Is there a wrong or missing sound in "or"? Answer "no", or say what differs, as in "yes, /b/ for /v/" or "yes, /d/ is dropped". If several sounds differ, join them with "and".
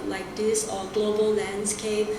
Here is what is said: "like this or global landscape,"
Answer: yes, /l/ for /ɹ/